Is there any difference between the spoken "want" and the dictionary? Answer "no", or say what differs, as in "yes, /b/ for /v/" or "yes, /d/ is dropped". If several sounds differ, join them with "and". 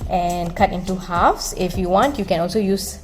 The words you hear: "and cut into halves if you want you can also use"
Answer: no